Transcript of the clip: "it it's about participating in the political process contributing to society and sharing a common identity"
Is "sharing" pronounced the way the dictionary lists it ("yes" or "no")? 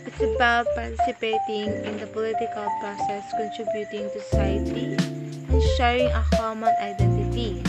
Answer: no